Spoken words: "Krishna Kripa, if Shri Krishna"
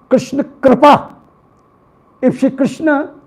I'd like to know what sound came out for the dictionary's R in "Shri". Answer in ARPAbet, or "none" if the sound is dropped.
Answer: none